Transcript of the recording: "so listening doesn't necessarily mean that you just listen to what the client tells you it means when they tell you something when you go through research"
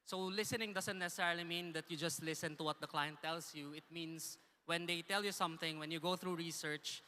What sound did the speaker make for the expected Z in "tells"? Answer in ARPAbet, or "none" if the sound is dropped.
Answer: S